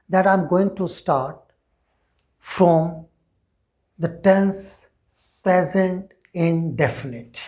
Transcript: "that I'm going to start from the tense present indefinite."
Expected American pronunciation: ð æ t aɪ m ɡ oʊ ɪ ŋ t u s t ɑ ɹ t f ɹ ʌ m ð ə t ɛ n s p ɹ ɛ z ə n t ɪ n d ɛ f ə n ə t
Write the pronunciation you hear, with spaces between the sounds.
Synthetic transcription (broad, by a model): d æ t aɪ m ɡ oʊ ɪ ŋ t u s t ɑ ɹ t f ɹ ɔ m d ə t ɛ n s p ɹ ɛ z ə n t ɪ n d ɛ f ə n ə t